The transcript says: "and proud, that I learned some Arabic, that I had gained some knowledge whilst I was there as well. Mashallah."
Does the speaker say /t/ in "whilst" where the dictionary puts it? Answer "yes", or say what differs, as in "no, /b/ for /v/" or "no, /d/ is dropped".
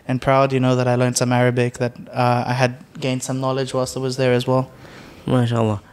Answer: no, /t/ is dropped